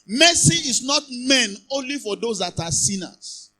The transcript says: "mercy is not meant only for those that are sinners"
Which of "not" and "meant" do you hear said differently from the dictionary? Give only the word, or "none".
meant